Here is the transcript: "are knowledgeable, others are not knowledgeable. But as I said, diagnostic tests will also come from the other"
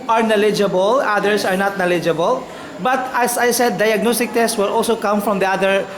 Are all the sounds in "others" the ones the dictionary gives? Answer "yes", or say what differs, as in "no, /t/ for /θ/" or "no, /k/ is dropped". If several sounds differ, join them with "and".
no, /s/ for /z/